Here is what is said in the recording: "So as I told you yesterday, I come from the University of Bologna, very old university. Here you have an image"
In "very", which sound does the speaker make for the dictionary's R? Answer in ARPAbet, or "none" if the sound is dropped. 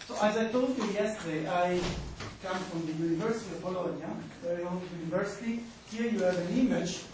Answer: none